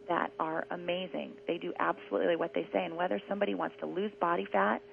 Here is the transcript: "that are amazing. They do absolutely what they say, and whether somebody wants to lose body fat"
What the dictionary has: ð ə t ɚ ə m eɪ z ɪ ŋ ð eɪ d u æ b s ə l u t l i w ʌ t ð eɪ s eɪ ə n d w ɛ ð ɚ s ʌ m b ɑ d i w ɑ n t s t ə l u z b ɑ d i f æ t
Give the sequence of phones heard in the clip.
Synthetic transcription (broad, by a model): ð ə t ɚ ə m eɪ z ɪ ŋ ð eɪ d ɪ æ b s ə l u t l i w ʌ t ð eɪ s eɪ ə n w ɛ ð ɚ s ʌ m b ɑ d i w ɑ n t s t ə l u z b ɑ d i f æ t